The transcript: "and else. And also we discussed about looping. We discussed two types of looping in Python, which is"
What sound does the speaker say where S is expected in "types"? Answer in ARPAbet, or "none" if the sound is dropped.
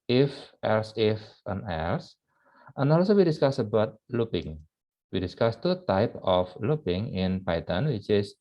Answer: none